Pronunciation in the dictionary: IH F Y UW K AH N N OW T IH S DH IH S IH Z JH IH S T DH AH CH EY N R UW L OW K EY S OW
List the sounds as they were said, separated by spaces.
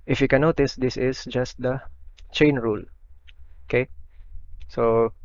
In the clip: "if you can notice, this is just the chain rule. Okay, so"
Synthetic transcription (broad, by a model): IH F Y UW K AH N N OW T IH S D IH S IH S JH IH S T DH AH CH EY N R UW L OW K EY S OW